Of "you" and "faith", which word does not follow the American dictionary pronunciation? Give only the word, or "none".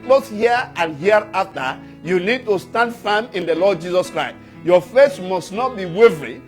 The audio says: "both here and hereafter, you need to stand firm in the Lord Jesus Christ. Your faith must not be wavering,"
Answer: faith